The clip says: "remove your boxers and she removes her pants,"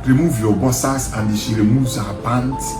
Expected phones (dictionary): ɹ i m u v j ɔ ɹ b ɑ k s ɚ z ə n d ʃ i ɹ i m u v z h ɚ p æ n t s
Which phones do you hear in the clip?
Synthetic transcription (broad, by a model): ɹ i m u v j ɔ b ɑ s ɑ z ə n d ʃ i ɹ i m u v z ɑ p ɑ n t